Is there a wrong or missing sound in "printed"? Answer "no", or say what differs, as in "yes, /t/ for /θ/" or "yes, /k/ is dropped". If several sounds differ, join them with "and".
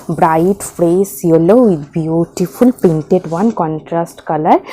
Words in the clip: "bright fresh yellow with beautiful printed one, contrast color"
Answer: yes, /ɹ/ is dropped